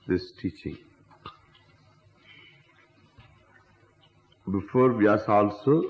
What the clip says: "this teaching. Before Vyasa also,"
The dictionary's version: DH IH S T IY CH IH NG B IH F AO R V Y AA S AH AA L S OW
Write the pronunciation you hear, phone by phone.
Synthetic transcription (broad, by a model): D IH S T IY CH IH NG B IH F AO R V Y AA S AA L S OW